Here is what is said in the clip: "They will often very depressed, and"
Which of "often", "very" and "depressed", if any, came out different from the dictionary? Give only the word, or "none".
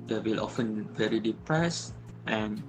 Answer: none